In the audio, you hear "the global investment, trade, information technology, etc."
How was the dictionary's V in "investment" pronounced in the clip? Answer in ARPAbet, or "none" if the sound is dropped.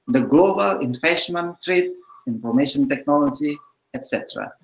F